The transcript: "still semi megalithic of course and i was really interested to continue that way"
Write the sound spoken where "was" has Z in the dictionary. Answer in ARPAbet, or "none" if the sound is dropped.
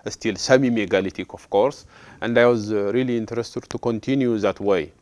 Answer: Z